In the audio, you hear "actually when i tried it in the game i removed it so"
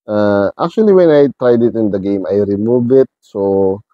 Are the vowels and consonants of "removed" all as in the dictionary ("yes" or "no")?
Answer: no